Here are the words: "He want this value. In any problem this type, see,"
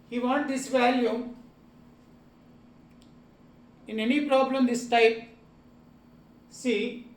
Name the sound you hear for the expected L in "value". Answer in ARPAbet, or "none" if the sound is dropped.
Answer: L